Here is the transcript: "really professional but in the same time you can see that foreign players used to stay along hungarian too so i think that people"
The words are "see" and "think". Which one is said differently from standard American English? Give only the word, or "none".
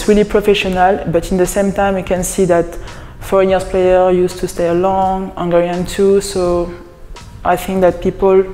none